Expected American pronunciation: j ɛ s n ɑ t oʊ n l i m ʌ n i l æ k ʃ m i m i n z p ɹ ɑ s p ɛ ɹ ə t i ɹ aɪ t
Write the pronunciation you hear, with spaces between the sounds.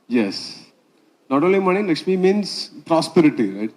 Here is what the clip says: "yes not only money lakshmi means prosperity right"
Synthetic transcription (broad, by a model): j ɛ s n ɑ t oʊ n l i m ʌ n i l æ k s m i m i n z p ɹ ɑ s p ɛ ɹ ə t i ɹ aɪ t